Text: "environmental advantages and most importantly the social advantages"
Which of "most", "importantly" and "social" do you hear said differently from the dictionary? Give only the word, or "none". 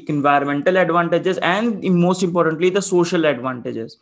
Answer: none